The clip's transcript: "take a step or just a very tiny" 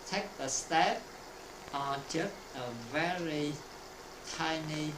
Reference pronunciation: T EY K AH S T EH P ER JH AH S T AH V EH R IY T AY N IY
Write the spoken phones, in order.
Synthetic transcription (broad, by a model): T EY K AH S T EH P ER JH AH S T AH V EH R IY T AY N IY